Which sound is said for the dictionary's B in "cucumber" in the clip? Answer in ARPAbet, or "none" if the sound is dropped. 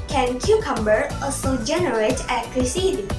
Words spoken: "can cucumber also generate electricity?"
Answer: B